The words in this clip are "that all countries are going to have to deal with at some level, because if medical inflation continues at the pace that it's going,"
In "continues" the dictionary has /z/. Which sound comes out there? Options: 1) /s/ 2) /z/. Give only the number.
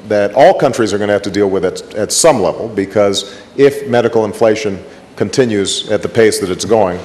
2